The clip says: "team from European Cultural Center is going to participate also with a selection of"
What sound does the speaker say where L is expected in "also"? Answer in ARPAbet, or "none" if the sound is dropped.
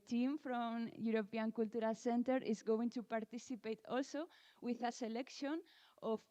L